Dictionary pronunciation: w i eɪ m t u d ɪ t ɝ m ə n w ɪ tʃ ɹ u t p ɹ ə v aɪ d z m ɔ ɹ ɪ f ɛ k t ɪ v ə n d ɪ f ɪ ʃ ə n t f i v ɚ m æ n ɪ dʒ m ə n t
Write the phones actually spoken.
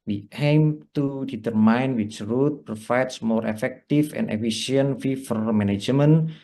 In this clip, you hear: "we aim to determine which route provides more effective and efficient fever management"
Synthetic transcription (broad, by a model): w i eɪ m t u d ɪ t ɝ m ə n w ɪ tʃ ɹ u t p ɹ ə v aɪ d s m ɔ ɹ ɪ f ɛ k t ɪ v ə n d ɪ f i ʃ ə n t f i f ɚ m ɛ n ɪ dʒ m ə n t